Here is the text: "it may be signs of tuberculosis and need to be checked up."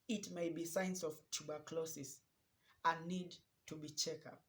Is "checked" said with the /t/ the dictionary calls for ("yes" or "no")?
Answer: no